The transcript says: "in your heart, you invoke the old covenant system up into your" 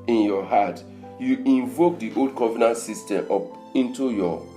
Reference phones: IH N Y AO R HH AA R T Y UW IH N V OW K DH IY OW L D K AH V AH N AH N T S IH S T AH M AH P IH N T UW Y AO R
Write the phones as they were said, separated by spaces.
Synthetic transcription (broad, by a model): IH N Y AO HH AA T Y UW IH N V OW K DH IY OW L D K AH V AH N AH S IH S T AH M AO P IH N T UW Y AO